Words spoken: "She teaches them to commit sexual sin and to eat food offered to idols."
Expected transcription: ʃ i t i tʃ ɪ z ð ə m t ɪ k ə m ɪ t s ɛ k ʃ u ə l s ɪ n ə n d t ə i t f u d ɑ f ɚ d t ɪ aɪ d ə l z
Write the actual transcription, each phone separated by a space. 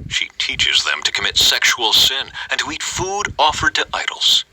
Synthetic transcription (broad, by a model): ʃ i t i tʃ ɪ z ð ə m t ɪ k ə m ɪ t s ɛ k ʃ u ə l s ɪ n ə n t ə i t f u d ɑ f ɚ d t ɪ aɪ d l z